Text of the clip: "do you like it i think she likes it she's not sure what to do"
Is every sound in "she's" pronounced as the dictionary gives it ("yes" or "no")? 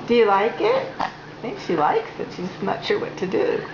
no